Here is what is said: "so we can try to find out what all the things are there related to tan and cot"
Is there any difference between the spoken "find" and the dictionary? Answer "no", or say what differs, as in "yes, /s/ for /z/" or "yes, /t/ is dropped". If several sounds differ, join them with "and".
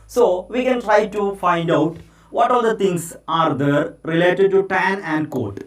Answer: no